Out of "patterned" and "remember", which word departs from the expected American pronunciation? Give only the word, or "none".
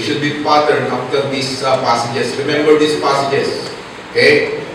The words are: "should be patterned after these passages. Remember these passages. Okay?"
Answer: patterned